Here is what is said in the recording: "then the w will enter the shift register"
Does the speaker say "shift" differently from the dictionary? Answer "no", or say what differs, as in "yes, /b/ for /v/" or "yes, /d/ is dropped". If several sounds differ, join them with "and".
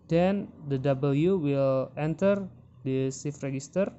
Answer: yes, /s/ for /ʃ/